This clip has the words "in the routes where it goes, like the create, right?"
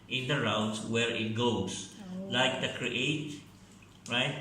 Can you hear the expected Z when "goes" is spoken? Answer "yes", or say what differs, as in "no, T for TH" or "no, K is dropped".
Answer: no, S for Z